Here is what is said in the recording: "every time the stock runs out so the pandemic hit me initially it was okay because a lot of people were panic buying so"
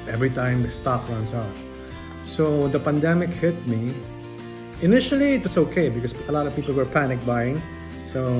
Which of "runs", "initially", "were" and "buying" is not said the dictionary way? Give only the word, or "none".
runs